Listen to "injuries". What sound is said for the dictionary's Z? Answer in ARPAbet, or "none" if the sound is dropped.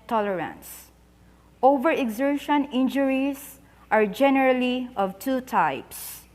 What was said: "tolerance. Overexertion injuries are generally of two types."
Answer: S